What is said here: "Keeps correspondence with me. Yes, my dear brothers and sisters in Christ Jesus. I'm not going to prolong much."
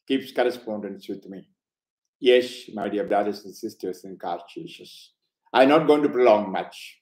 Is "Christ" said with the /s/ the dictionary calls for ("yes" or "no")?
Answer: no